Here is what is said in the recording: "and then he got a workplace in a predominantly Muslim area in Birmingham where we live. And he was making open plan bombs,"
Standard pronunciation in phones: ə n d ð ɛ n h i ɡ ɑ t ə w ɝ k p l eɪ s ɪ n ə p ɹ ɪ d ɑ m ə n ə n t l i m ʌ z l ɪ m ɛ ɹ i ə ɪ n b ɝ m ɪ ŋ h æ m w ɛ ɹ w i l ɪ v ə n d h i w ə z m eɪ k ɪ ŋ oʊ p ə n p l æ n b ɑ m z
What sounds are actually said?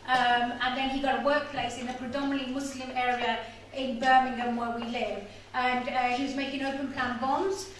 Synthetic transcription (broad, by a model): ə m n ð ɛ n h i ɡ ɑ t w ɝ k p l eɪ s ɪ n ə p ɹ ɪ d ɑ m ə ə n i m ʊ s l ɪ m ɛ ɹ i ə ɪ n b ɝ m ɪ ŋ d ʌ m w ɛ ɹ w i l ɪ v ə n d h i w ə z m eɪ k ɪ ŋ oʊ p ə n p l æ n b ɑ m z